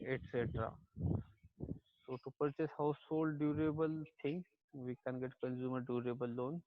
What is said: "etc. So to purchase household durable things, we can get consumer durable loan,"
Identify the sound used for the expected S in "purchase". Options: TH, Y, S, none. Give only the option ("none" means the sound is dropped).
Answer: S